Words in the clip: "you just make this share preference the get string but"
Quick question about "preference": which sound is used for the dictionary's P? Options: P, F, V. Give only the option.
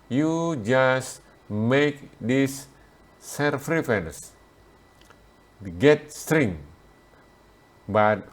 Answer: F